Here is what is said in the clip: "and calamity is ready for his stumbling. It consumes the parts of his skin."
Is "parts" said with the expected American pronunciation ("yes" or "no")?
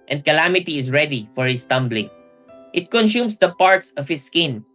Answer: yes